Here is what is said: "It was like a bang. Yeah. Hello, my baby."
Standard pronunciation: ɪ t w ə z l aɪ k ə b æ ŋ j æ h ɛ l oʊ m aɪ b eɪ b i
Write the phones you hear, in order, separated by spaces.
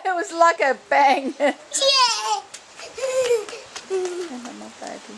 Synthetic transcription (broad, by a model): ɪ t w ə z l aɪ k ə b æ ŋ j æ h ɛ n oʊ m aɪ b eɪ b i